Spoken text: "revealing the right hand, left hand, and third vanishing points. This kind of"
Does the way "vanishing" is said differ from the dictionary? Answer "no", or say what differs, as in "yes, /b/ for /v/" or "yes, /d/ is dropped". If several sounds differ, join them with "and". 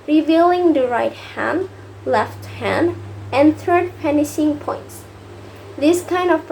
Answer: yes, /p/ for /v/